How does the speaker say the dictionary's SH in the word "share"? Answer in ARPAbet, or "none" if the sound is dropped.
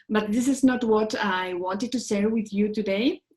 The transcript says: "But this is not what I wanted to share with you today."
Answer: S